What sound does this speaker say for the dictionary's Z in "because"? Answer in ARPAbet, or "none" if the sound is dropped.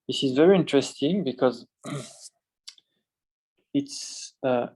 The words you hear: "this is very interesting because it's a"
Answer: Z